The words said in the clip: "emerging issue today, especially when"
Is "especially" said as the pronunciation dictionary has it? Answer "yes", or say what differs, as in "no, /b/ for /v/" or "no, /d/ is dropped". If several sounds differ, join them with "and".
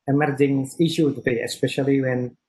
yes